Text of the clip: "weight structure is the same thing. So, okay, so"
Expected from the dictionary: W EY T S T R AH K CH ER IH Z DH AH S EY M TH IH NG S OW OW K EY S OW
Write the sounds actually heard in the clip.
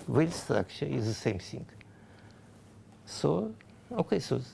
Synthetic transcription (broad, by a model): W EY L S T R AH K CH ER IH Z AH S EY M S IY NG S OW OW K EY S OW